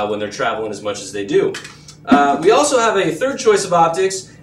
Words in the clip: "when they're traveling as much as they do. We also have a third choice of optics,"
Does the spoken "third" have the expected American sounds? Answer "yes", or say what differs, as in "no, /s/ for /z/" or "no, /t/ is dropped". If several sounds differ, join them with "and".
yes